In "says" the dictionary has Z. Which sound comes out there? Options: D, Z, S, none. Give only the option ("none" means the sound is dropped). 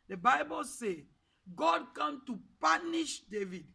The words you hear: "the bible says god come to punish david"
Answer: none